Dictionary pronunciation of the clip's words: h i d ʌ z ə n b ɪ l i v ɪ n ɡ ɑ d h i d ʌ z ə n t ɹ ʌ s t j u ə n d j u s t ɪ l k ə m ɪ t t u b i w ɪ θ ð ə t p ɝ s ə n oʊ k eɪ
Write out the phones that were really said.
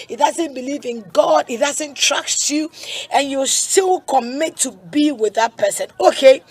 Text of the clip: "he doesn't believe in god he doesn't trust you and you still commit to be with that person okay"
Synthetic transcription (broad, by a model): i d ʌ z ə n b ɪ l i v ɪ n ɡ ɑ d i d ʌ z ə n t ɹ ʌ s t j u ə n j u s t ɪ l k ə m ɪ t t u b i w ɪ ð ə t p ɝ s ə n oʊ k eɪ